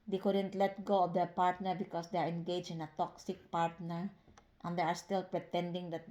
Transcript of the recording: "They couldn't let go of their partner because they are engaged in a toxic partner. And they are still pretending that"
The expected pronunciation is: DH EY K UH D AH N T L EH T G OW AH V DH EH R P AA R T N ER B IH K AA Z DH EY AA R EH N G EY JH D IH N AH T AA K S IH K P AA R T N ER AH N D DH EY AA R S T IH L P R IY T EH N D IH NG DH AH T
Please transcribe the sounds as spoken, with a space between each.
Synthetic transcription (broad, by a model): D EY K UH D AH N T L EH T G OW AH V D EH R P AA R T N ER B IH K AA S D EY AA R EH N G EY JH IH N AH T AA K S IH K P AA R T N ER AH N D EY AA R S T IH L P R IY T EH N D IH NG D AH T